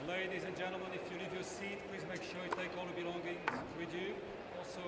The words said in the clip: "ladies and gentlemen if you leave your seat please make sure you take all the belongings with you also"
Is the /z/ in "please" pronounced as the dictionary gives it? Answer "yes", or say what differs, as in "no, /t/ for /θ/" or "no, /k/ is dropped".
yes